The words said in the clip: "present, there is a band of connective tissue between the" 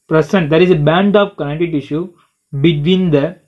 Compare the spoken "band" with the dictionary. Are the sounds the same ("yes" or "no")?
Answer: yes